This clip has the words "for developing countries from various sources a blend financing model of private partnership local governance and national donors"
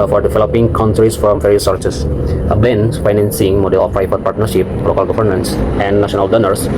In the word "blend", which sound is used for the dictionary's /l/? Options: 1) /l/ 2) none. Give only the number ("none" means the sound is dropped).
2